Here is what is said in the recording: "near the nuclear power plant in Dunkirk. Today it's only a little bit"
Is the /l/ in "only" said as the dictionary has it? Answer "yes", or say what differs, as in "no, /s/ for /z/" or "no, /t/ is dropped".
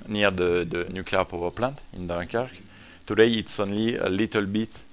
yes